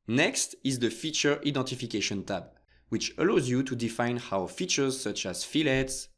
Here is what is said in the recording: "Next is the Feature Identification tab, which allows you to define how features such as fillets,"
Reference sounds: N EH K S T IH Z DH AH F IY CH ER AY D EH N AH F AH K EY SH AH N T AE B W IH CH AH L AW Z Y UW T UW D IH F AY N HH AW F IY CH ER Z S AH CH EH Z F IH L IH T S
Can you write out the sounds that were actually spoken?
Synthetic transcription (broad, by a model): N EH K S T IH Z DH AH F IY CH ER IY D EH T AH F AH K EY SH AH N T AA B W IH CH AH L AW Z Y UW T UW D IH F AY N HH AW F IY CH ER Z S AH CH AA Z F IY L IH T S